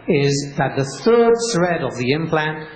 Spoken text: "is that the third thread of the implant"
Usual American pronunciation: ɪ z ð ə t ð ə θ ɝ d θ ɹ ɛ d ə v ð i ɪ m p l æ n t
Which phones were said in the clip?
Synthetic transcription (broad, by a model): ɪ z ð ə t ð ə θ ɝ d s ɹ ɛ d ə v ð i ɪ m p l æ n t